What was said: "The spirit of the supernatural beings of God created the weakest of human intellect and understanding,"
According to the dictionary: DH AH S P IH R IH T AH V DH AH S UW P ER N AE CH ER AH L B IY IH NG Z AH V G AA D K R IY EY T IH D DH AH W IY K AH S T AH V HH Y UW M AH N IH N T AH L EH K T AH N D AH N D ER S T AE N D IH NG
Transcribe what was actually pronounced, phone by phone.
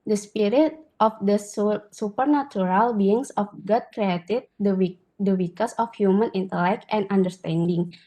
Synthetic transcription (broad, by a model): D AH S P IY R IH T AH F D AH S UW P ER N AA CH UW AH L B IY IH NG S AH F G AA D K R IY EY T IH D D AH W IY K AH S AH F HH Y UW M AH N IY N T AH L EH K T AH N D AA N D ER S T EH N D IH NG